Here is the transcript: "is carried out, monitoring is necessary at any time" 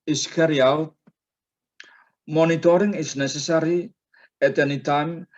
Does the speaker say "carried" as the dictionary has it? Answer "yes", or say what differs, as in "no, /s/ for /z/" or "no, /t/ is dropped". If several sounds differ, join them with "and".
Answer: no, /d/ is dropped